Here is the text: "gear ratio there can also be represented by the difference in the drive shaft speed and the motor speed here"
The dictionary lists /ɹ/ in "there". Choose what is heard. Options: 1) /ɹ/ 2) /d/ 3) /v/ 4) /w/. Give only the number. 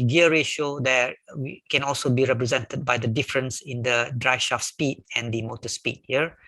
4